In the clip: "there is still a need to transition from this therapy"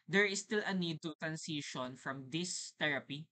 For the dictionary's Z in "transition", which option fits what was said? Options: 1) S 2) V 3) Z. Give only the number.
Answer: 1